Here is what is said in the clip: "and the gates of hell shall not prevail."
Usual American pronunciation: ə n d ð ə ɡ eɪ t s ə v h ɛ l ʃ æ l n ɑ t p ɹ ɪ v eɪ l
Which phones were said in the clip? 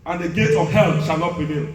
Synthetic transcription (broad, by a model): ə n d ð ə ɡ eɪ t ə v h ɛ l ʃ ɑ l n ɑ t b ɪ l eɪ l